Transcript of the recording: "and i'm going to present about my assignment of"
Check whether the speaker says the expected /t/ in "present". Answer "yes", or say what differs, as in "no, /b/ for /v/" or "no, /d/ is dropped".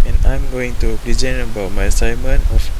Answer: no, /t/ is dropped